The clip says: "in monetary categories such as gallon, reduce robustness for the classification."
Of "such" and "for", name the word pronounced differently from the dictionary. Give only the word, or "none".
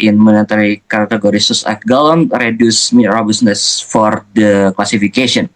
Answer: such